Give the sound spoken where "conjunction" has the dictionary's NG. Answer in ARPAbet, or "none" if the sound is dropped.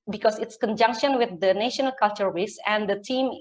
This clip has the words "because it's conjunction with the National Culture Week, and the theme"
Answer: NG